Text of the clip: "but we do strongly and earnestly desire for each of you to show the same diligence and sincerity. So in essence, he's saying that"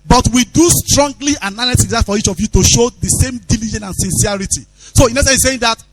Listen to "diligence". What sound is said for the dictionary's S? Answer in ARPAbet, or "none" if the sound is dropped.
none